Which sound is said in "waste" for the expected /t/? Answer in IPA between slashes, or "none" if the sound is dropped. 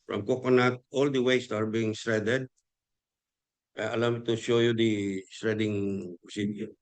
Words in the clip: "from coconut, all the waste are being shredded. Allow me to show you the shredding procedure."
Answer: /t/